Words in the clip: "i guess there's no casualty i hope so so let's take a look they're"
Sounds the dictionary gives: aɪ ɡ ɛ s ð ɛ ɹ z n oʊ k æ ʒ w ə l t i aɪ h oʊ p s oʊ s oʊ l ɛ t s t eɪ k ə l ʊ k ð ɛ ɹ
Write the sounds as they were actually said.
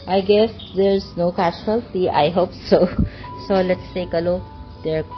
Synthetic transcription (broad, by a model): aɪ ɡ ɛ s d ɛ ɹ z n oʊ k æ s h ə l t i aɪ h oʊ p s oʊ s oʊ l ɛ t s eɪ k ə l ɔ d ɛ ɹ